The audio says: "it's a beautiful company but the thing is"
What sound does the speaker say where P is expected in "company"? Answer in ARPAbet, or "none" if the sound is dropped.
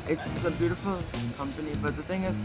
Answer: P